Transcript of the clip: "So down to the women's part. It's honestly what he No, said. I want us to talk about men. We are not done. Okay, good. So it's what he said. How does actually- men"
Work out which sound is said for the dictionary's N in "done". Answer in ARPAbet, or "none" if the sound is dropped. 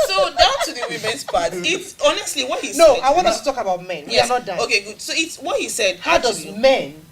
none